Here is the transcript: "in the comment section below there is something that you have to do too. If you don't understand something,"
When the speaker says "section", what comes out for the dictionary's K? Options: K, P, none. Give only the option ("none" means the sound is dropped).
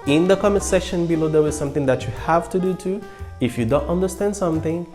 none